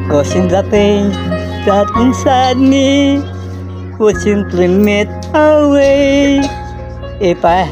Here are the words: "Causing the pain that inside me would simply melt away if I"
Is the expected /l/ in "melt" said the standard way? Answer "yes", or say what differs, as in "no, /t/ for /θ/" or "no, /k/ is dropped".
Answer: no, /l/ is dropped